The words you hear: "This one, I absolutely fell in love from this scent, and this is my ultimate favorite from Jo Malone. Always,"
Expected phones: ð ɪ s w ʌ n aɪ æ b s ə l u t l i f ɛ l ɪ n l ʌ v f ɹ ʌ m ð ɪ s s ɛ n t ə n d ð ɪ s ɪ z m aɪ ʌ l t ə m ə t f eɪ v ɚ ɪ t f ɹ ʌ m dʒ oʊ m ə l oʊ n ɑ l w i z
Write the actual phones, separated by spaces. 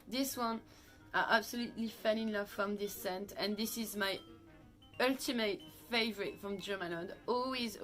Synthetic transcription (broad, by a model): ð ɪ s w ʌ n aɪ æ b s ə l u t l i f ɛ n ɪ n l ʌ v f ɹ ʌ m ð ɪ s s ɛ n t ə n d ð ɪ s ɪ z m aɪ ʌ l t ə m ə t f eɪ v ɚ ɪ t f ɹ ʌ m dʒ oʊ m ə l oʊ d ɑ l w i z